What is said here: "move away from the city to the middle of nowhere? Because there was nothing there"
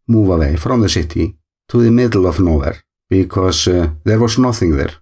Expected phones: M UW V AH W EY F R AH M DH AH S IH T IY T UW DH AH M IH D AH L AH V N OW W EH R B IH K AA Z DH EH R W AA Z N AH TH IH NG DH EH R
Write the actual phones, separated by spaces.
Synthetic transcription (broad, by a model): M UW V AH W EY F R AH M DH AH S IH T IY T UW DH AH M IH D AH L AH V N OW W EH R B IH K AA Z DH EH R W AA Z N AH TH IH NG DH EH R